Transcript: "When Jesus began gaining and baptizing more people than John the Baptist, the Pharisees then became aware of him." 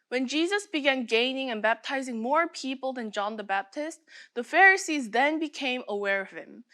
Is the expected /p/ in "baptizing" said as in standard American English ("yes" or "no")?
yes